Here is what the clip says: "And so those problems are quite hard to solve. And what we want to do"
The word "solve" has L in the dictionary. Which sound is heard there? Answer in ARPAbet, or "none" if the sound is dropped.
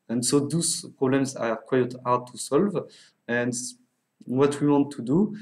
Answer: L